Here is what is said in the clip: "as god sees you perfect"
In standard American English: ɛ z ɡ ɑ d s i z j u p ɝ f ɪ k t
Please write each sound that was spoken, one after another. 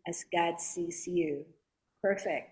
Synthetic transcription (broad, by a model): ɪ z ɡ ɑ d s i s j u p ɝ f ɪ k t